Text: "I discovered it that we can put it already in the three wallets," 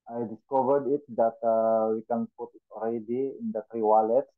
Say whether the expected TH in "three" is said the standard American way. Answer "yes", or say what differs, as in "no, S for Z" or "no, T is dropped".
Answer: no, T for TH